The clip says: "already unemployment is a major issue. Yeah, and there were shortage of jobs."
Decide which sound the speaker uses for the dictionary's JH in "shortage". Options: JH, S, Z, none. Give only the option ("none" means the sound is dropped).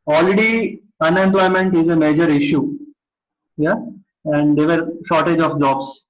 JH